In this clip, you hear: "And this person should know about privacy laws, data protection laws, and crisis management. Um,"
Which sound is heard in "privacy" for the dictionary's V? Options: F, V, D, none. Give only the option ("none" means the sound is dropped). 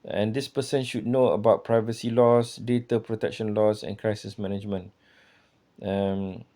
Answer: V